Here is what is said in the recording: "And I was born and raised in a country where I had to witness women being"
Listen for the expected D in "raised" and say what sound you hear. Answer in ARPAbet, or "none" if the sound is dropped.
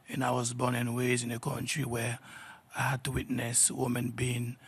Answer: none